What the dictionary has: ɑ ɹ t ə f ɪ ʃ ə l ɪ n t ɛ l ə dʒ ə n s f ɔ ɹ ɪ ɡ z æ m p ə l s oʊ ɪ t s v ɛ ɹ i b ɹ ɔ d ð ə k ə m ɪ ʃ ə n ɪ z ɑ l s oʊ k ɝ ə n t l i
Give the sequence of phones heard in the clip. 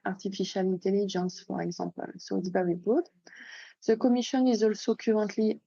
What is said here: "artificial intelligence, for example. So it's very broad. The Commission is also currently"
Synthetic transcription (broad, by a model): ɑ ɹ t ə f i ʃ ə l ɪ n t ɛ l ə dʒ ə n s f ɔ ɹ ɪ ɡ z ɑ p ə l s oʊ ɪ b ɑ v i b ɔ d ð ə k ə m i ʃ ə n ɪ z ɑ l s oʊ k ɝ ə n t l i